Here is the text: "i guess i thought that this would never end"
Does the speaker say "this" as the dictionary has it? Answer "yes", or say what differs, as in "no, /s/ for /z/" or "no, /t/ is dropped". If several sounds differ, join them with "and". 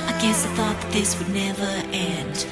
yes